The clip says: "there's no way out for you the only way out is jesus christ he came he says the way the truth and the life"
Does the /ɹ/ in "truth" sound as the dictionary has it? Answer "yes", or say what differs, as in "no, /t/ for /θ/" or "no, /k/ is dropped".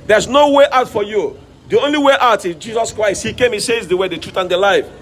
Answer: yes